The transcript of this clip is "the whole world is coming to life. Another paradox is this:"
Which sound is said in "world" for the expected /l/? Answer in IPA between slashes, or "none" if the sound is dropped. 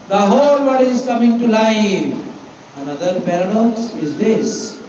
none